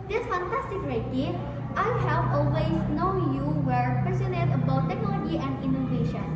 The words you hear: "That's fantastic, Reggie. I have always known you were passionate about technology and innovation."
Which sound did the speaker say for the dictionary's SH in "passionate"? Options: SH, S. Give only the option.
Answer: S